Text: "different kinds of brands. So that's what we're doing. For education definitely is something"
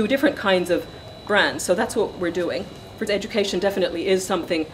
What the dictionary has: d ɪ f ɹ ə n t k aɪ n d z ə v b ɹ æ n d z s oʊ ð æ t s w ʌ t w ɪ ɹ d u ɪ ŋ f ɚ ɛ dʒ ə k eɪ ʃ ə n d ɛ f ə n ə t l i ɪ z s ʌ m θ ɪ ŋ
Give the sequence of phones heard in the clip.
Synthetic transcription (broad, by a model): d ɪ f ɹ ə n k aɪ n d z ə v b ɹ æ n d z s oʊ ð æ t s w ʌ t w ɪ ɹ d u ɪ ŋ f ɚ ɛ dʒ ə k eɪ ʃ ə n d ɛ f ə n ə t l i ɪ z s ʌ m θ ɪ ŋ